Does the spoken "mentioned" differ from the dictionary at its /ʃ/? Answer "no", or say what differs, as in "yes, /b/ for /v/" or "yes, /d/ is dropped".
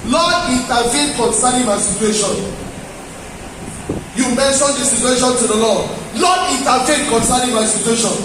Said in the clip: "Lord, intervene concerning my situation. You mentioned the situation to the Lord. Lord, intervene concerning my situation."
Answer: yes, /s/ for /ʃ/